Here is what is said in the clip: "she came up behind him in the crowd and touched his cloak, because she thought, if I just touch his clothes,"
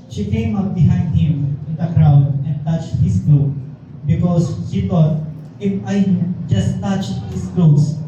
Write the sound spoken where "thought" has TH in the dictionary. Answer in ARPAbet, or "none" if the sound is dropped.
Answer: T